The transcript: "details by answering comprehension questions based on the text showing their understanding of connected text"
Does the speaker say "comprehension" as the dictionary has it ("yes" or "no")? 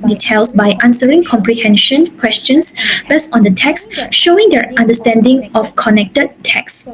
yes